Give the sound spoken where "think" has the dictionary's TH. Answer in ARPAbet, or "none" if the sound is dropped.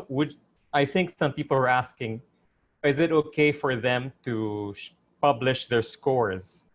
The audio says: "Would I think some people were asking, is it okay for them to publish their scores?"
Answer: TH